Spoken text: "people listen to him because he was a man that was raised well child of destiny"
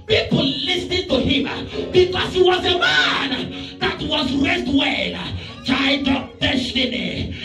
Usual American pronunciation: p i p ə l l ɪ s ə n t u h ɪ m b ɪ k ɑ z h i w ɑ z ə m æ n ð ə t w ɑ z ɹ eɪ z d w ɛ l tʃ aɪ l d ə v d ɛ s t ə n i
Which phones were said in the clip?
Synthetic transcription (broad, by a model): p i p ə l l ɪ s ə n t u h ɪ m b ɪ k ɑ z h i w ɑ z ə m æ n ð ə t w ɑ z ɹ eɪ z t w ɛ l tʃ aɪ d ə p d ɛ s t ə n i